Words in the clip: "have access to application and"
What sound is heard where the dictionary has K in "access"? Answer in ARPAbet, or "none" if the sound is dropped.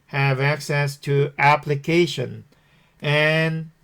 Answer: K